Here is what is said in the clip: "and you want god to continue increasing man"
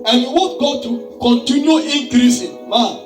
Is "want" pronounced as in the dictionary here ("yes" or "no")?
no